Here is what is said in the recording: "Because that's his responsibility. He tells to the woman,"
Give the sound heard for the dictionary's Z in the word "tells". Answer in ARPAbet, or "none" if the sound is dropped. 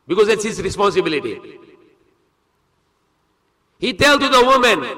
none